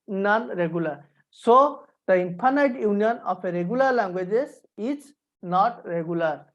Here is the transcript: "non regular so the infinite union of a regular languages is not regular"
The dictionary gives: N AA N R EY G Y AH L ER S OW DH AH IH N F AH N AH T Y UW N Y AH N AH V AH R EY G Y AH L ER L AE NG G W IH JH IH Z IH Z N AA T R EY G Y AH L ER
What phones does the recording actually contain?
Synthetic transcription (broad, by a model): N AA N R EY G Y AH L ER S OW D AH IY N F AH N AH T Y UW N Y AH N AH P AH R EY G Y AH L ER L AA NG G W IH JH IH S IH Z N AA T R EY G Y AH L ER